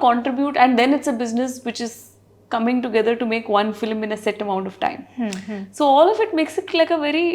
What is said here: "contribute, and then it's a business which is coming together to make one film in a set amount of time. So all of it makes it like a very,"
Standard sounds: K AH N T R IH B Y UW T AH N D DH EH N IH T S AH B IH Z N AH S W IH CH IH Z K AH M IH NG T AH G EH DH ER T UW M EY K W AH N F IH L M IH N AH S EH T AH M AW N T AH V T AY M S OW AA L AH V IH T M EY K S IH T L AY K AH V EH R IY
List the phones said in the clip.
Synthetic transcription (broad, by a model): K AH N T R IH B Y UW T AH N D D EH N IH T S AH B IH Z N AH S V IH CH IH Z K AH M IH NG T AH G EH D ER T UW M EY K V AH N F IH L M IH N AH S EH T AH M AW N T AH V T AY M S OW AA L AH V IH T M EY K S IH T L AY K AH V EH R IY